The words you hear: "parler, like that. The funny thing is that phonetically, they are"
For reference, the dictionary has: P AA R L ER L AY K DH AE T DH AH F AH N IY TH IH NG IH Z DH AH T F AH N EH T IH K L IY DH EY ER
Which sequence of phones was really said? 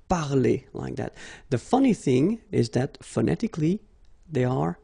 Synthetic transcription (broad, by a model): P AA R L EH L AY K DH AE T DH AH F AH N IY TH IH NG IH Z DH AH T F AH N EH T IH K L IY DH EY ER